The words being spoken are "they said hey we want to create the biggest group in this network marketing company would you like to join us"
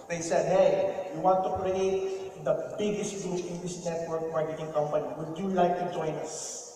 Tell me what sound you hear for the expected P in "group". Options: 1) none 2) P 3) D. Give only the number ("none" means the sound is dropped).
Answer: 1